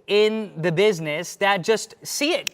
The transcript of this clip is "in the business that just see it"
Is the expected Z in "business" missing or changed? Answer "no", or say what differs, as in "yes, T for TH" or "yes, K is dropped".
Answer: no